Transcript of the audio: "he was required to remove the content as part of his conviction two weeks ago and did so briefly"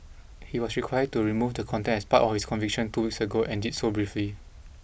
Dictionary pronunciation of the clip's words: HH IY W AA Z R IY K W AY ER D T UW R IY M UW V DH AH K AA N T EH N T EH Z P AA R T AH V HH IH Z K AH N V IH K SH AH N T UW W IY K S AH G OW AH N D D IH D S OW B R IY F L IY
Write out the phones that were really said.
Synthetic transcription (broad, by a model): HH IY W AA S R IY K W AY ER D T UW R IY M UW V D AH K AA N T EH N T EH S P AA T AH F HH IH S K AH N V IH K SH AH N T UW W IY K S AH G OW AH N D D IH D S OW B R IY F L IY